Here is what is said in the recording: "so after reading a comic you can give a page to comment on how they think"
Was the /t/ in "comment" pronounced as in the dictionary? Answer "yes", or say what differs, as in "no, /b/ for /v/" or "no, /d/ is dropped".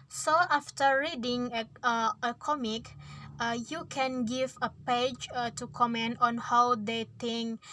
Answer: yes